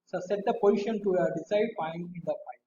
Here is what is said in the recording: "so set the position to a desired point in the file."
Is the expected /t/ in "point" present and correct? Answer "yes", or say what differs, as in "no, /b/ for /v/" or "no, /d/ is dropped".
no, /t/ is dropped